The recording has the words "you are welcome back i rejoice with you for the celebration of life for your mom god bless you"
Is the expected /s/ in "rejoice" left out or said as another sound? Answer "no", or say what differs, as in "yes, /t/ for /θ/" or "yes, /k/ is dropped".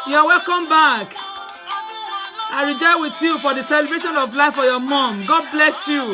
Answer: yes, /s/ is dropped